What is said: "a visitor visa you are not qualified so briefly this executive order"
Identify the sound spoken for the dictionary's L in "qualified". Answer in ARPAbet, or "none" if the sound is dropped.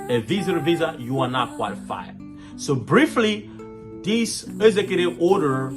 L